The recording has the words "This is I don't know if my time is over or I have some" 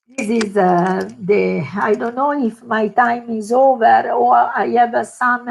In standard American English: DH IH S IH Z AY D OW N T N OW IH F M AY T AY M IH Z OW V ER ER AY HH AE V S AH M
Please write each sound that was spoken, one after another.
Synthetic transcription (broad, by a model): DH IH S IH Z AY D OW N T N OW IH F M AY T AY M IH Z OW V ER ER AY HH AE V S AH M